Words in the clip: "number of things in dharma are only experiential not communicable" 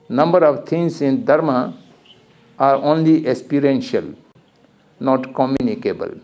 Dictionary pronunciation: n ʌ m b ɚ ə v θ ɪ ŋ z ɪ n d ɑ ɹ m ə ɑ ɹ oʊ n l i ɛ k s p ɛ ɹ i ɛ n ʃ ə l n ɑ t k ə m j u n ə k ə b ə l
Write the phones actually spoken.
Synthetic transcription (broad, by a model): n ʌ m b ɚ ə v t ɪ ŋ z ɪ n d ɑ ɹ m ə ɑ ɹ oʊ n l i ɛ k s p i ɹ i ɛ n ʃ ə l n ɑ t k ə m j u n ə k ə b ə l